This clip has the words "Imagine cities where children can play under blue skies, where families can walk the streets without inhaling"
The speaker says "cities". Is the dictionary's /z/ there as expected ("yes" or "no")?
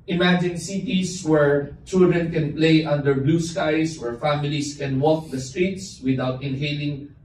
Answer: no